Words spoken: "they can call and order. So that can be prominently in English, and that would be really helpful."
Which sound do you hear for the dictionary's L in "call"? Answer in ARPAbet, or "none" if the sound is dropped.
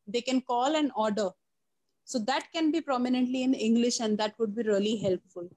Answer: L